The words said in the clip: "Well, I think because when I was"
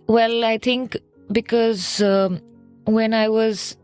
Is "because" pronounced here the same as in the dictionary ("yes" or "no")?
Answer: yes